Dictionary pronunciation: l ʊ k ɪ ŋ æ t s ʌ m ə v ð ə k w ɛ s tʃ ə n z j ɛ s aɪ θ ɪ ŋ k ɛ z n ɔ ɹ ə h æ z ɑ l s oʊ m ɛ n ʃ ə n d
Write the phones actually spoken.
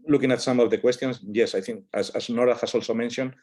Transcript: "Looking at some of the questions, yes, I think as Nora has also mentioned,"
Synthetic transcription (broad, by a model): l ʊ k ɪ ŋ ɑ t s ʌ m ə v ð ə k w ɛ s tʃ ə n s j ɛ s aɪ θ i ŋ k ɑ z n ɔ ɹ ə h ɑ s ɑ l s oʊ m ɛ n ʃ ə n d